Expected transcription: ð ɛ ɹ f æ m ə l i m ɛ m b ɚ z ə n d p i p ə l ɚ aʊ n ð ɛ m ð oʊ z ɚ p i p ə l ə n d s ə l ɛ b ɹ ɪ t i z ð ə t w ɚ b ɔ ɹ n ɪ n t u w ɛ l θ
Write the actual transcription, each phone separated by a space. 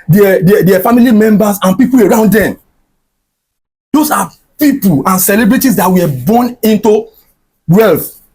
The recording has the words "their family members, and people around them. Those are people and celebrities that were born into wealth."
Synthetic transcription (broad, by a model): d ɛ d f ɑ m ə l i m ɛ m b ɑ s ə n p i p ə l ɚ aʊ n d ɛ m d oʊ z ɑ p i p ə l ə n s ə l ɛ b ɹ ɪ t i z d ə t w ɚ b ɔ n ɪ n t u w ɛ l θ